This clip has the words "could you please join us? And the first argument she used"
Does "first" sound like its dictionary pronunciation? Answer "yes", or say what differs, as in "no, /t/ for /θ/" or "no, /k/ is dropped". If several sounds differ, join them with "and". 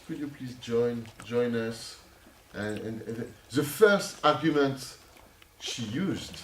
yes